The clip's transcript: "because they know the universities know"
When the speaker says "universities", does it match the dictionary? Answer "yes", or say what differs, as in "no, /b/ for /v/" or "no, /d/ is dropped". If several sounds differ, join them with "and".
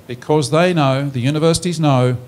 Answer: yes